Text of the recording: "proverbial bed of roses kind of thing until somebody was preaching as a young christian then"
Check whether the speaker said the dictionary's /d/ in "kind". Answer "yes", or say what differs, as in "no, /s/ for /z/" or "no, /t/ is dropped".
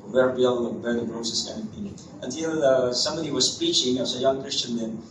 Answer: no, /d/ is dropped